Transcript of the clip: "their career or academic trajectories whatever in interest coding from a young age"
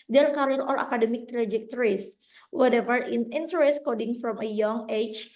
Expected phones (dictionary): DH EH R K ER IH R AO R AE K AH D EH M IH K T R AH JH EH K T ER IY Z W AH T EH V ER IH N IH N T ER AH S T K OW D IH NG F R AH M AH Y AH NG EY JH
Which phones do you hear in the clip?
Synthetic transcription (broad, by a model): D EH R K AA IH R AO L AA K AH D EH M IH K T R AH JH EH K T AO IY S W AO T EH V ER IH N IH N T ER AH S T K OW D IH NG F R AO M AH Y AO NG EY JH